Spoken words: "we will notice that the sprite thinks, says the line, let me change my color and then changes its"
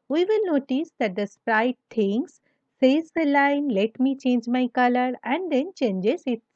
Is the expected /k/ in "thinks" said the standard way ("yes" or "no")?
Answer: no